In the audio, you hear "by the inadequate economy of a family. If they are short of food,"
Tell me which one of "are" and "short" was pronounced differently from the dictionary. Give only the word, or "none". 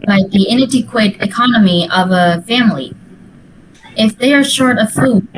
none